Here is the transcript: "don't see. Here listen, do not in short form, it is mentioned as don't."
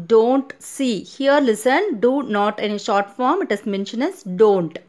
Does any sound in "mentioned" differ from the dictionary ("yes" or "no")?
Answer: yes